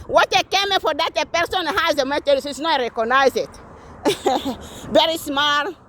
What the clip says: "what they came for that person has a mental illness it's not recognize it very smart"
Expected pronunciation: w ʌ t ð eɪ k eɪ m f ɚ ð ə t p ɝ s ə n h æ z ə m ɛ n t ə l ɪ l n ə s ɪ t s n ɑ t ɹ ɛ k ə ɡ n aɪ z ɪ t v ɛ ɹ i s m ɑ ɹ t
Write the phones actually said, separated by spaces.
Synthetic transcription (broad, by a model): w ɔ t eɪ k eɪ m f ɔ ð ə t p ɝ s ə n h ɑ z ə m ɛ t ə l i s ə ɪ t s n ɑ t ɹ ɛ k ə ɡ n aɪ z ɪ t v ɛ ɹ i s m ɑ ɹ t